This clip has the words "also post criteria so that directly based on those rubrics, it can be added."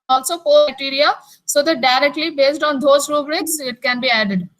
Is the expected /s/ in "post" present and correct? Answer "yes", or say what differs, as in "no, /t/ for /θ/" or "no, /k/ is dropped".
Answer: no, /s/ is dropped